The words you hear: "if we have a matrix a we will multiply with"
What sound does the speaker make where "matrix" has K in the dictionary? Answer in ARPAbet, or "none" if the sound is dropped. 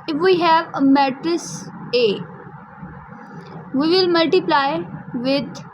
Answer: none